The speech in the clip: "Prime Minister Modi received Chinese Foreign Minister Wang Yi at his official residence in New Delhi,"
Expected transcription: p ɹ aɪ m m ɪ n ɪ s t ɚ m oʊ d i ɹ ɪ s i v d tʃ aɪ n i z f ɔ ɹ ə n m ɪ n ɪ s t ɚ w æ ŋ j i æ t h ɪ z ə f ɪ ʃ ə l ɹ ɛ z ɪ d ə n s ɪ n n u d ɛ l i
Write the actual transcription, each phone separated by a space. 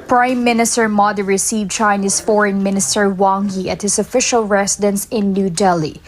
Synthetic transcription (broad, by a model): p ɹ aɪ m m ɪ n ɪ s t ɚ m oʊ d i ɹ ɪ s i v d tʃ aɪ n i s f ɔ ɹ ə n m ɪ n ɪ s t ɚ w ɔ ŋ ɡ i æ t h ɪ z ə f ɪ ʃ ə l ɹ ɛ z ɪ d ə n s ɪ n n u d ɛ l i